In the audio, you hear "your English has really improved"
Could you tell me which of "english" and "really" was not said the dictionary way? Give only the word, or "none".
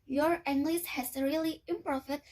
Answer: english